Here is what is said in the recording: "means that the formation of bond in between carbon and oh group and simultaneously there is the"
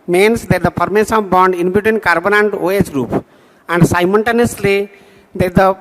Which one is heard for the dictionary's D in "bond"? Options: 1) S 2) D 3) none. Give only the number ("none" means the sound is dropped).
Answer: 2